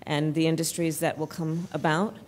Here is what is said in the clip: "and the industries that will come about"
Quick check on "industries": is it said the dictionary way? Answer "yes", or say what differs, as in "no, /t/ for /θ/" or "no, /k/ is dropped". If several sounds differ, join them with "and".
yes